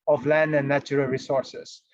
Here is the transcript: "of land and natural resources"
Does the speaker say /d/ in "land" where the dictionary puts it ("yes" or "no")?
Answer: yes